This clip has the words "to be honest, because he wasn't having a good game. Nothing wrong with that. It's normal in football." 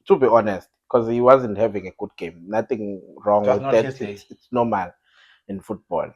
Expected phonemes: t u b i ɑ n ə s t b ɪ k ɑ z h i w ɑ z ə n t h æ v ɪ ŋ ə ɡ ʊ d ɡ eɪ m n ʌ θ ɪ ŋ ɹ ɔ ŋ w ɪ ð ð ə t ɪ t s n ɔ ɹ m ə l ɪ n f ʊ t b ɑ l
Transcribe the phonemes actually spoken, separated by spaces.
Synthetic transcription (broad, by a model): t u b i ɑ n ə s t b k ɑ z h i w ɑ z ə n t h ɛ v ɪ ŋ ə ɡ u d ɡ eɪ m n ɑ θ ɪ ŋ ɹ ɔ ŋ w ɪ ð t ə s ɪ t s n ɔ m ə l ɪ n f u t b ɑ l